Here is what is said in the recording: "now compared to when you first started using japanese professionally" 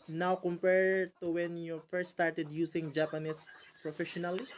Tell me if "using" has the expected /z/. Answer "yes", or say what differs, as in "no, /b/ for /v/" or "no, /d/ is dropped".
no, /s/ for /z/